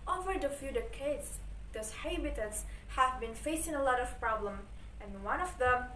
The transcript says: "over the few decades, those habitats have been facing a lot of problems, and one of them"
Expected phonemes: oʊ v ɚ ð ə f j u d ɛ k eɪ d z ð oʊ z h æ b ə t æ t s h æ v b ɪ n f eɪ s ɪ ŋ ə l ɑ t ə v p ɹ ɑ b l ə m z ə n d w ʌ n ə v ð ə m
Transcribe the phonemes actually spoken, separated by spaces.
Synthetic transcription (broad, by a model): oʊ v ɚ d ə f j u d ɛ k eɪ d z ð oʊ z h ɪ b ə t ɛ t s h æ v b ɪ n f eɪ s ɪ ŋ ə l ɑ t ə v p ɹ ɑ b l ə m ə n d w ʌ n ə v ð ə m